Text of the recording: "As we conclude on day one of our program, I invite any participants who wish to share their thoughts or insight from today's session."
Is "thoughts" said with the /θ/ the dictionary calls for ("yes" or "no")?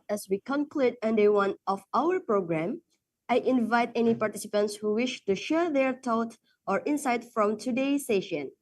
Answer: no